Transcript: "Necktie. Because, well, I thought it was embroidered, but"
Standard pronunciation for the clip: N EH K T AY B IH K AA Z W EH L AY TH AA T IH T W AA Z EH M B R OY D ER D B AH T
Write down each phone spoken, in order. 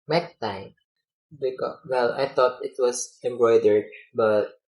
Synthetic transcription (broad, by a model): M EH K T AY B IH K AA W EH L AY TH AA T IH T W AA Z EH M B R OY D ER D B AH T